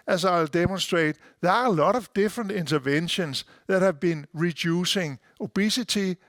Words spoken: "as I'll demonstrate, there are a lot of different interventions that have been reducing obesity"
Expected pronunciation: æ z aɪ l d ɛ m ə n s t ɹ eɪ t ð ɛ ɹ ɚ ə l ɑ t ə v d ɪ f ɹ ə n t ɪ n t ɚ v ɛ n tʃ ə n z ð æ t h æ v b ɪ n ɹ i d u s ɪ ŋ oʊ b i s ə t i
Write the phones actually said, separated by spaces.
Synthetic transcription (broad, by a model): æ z aɪ l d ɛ m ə n s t ɹ eɪ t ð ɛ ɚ ə l ɑ t ə v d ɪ f ɹ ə n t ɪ n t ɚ v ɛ n ʃ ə n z ð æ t h æ v b ɪ n ɹ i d u s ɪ ŋ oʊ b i s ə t i